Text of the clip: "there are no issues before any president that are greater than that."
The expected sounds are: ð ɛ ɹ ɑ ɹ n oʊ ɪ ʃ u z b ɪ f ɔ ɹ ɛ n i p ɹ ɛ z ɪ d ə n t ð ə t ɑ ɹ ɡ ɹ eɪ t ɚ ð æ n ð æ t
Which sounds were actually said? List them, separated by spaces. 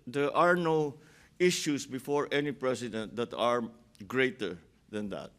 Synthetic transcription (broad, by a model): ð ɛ ɹ ɑ ɹ n oʊ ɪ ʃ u s b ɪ f ɔ ɹ ɛ n i p ɹ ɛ s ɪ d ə n t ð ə t ɑ ɹ ɡ ɹ eɪ t ɚ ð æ n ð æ t